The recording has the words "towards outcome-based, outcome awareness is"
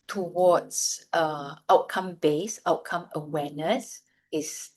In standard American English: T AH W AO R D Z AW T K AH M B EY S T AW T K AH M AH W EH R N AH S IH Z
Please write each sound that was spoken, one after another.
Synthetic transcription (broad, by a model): T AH W AO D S AW T K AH M B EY S AW T K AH M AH W EH N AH S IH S